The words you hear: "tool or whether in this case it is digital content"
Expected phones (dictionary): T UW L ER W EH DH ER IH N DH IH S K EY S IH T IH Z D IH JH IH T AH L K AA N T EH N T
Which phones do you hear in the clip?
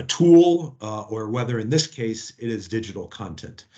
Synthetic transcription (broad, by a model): T UW L ER W EH DH ER IH N DH IH S K EY S IH T IH Z D IH JH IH T L K AA N T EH N T